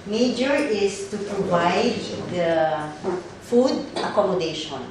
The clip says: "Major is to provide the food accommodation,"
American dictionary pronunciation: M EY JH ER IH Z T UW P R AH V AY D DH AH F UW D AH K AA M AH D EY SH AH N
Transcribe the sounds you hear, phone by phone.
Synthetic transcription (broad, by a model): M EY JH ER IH S T UW P R AH V AY D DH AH F UW D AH K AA M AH D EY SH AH N